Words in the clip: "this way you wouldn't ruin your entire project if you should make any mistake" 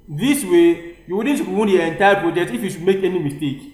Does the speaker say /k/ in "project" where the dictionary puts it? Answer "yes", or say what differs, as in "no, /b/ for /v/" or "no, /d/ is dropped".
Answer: no, /k/ is dropped